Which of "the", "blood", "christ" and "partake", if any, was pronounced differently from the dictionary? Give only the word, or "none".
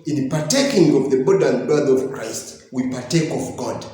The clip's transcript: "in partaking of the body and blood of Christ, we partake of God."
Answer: blood